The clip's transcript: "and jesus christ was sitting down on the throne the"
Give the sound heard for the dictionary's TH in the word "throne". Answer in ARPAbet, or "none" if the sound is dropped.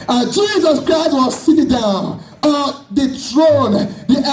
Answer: T